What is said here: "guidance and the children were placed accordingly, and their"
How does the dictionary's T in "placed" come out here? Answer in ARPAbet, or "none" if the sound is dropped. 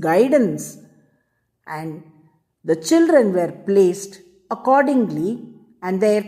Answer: T